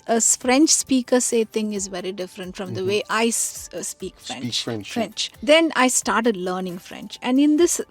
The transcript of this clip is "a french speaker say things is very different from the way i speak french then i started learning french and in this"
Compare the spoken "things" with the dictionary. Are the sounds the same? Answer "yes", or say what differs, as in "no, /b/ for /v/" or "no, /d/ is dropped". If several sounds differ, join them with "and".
no, /t/ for /θ/ and /z/ is dropped